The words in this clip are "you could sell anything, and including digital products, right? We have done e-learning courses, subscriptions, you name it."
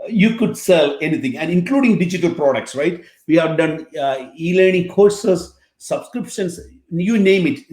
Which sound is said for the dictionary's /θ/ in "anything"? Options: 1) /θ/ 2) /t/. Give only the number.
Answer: 2